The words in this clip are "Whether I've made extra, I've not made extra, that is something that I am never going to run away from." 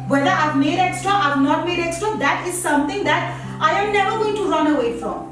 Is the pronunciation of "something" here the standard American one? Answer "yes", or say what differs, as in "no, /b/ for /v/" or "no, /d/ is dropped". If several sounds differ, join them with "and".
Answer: no, /t/ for /θ/